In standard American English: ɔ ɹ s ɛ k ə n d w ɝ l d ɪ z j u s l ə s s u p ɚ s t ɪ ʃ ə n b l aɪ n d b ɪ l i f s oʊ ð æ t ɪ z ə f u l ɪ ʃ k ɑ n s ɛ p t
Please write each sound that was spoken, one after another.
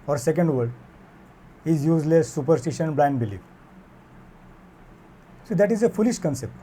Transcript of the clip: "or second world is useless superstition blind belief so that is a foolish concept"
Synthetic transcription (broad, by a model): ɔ ɹ s ɛ k ə n d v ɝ d ɪ z j u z l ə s s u p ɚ s t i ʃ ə n b l aɪ n d b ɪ l i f s oʊ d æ t ɪ z ə f u l ɪ ʃ k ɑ n s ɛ p t